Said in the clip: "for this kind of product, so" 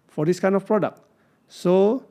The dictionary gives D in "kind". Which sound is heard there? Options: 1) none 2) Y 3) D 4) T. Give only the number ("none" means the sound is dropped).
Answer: 1